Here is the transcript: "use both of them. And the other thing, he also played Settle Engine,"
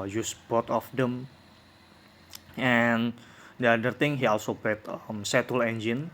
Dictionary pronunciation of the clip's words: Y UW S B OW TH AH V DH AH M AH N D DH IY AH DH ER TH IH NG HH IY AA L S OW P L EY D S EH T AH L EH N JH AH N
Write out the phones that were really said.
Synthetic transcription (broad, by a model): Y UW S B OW T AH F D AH M AH N D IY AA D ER T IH NG HH IY AA L S OW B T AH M S EH T AH L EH N JH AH N